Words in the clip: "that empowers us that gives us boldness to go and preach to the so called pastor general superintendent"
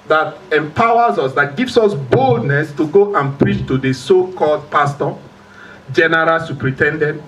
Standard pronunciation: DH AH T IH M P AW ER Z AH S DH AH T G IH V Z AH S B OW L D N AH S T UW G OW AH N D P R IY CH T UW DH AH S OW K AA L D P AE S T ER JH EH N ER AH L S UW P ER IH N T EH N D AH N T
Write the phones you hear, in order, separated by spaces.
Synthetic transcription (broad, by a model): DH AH T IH M P AW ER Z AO S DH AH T G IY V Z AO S B OW L D N AH S T UW G OW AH N P R IY CH T UW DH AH S OW K AA L D P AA S T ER JH EH N ER AH L S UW P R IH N T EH N D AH N T